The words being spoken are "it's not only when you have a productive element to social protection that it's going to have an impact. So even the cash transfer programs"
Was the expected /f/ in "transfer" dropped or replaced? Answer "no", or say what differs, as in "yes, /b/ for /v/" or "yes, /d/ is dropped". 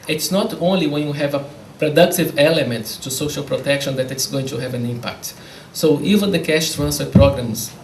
yes, /f/ is dropped